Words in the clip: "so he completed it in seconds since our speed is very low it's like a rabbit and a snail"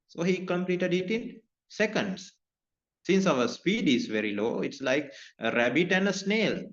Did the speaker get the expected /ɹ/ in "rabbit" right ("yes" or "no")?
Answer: yes